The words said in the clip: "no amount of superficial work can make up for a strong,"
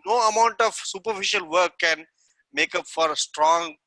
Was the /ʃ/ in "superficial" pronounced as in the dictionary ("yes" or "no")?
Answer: yes